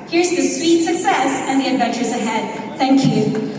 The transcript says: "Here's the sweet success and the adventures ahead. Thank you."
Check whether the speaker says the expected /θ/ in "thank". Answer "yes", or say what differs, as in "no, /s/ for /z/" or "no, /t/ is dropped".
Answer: yes